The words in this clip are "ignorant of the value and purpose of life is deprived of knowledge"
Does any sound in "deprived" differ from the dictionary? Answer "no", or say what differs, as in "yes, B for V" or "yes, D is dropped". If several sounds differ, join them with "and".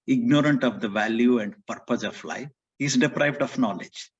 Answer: no